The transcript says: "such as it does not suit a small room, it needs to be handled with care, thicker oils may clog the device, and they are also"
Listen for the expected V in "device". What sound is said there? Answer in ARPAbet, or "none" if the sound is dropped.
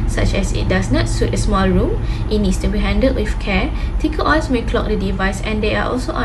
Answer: V